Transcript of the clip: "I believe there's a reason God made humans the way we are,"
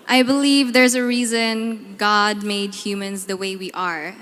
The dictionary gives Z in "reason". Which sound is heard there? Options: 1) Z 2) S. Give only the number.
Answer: 1